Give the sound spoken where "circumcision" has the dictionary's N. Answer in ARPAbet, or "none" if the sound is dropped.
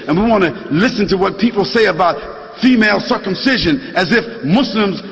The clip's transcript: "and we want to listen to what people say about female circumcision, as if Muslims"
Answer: N